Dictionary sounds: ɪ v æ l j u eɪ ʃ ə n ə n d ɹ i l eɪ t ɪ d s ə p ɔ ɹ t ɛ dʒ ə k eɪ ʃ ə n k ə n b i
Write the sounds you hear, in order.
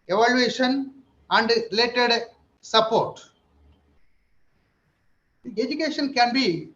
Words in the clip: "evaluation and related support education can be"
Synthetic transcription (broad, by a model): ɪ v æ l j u eɪ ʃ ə n ə n d ɹ i l eɪ t ɪ d s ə p ɔ ɹ t ɛ dʒ ə k eɪ ʃ ə n k ə n b i